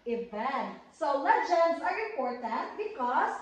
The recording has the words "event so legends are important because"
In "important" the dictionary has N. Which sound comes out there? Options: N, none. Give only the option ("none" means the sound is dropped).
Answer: none